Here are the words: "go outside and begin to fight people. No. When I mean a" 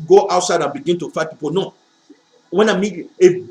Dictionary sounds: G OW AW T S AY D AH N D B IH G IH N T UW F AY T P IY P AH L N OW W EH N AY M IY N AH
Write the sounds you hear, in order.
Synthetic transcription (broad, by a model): G OW AW T S AY D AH N B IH G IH N T UW F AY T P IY P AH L N OW W EH N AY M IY AH